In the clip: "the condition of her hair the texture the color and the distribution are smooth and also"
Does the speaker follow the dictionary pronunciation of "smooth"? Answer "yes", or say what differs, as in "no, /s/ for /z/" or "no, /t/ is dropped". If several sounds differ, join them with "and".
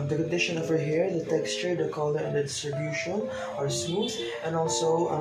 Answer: no, /m/ is dropped